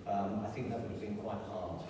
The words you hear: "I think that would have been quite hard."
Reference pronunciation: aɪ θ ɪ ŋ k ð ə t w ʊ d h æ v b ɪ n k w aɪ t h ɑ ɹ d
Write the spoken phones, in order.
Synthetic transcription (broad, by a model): aɪ θ ɪ ŋ k ð ə t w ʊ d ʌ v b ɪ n k w aɪ t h ɑ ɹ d